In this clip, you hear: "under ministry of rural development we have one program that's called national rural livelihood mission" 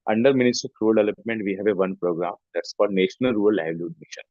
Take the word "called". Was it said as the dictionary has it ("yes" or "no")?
no